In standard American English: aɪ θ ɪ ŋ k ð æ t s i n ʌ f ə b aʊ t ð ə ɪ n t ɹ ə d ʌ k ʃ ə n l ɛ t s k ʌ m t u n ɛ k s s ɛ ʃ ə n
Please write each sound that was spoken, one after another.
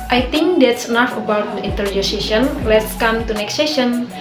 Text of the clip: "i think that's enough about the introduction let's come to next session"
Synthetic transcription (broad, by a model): aɪ t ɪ ŋ k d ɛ t s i n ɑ f ə b aʊ t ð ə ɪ n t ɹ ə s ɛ ʃ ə n l ɛ t s k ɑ m t u n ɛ k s s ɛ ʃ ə n